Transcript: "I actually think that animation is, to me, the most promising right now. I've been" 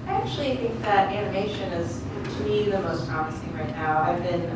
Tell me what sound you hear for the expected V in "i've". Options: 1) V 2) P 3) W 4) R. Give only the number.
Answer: 1